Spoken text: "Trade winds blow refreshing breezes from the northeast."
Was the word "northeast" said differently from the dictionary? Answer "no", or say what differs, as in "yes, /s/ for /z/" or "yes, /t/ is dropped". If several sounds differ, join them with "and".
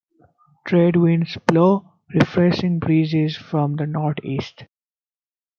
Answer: yes, /t/ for /θ/